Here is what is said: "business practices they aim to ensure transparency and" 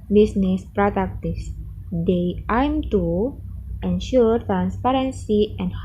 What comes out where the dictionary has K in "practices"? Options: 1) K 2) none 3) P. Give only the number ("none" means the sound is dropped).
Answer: 2